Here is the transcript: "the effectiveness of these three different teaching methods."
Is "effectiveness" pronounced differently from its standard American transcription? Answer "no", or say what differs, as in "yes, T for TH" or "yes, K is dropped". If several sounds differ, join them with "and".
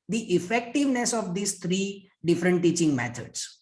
no